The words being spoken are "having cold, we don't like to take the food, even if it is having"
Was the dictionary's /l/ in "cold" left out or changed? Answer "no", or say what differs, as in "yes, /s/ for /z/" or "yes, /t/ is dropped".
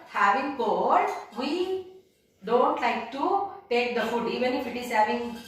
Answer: yes, /l/ is dropped